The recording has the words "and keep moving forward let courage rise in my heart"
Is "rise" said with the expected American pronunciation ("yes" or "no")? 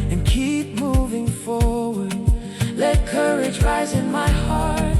yes